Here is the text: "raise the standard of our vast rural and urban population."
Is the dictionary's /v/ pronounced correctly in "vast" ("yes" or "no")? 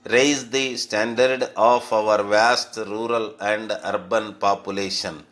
yes